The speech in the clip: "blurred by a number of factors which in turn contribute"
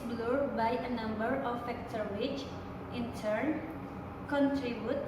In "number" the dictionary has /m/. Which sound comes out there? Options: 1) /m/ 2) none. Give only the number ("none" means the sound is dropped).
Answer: 1